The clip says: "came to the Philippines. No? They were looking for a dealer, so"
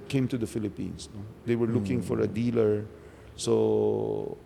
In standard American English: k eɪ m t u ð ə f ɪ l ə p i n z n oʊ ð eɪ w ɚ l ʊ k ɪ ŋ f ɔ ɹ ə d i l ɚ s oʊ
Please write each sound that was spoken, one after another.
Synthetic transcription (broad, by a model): k eɪ m t u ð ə f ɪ l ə p i n s n oʊ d eɪ w ɚ l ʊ k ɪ ŋ f ɔ ɹ ə d i l ɚ s oʊ